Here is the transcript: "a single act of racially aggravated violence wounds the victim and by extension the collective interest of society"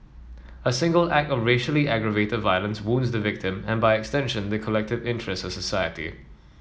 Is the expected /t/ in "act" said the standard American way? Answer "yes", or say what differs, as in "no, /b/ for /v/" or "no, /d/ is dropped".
yes